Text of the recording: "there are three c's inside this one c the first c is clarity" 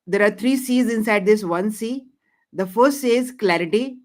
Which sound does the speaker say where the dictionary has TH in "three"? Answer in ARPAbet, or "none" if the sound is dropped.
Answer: T